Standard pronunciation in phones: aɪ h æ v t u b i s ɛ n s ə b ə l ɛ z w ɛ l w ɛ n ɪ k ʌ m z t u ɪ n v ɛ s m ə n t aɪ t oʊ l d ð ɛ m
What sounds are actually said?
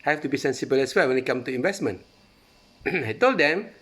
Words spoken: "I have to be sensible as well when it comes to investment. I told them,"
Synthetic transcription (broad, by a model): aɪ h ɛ f t u b i s ɛ n s ə b ə l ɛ s w ɛ l w ɛ n ɪ k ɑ m t u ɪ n v ɛ s m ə n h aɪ t oʊ l d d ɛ m